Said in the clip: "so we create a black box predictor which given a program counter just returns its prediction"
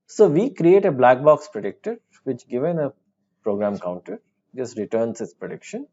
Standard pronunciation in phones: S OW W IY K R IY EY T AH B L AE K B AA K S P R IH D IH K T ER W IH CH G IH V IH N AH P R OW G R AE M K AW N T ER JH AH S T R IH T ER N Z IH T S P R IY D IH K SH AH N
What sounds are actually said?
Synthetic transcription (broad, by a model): S OW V IY K R IY EY T AH B L AE K B AA K S P R IH D IH K T ER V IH CH G IH V IH N AH P R OW G R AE M K AW N T ER JH AH S T R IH T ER N S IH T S P R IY D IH K SH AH N